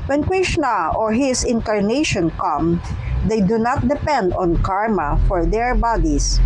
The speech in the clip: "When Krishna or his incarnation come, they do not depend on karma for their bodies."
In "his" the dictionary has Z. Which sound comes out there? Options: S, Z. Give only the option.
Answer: S